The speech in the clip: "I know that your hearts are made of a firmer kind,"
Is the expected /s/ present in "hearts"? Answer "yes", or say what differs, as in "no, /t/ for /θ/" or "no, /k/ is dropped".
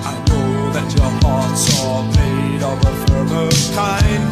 yes